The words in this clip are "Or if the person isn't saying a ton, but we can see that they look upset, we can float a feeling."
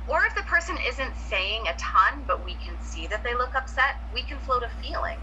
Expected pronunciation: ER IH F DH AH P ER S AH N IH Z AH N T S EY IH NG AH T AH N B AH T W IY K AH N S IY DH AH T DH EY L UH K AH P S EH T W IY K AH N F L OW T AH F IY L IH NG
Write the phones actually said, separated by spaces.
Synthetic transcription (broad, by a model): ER IH F DH AH P ER S AH N IH Z AH N T S EY IH NG AH T AH N B AH T W IY K AH N S IY DH AH T DH EY L UH K AH P S EH T W IY K AH N F L OW T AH F IY L IH NG